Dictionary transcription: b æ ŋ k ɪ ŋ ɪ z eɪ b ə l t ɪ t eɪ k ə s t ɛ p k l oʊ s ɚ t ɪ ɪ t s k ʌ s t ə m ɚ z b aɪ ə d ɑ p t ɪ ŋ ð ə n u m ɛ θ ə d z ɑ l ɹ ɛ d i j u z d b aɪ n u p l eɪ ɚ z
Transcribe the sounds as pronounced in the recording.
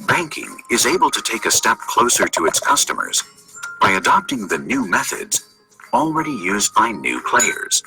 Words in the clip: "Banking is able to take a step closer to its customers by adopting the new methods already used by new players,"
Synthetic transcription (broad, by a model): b æ ŋ k ɪ ŋ ɪ z eɪ b ə l t ɪ t eɪ k ə s t ɛ p k l oʊ s ɚ t ɪ ɪ t s k ʌ s t ə m ɚ z b aɪ ə d ɑ p t ɪ ŋ ð ə n u m ɛ θ ə d z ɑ l ɹ ɛ d i j u z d b aɪ n u p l eɪ ɚ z